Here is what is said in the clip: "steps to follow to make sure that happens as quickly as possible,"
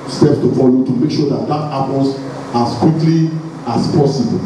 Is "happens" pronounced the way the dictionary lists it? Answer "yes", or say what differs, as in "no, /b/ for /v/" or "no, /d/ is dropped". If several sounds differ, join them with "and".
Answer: no, /l/ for /n/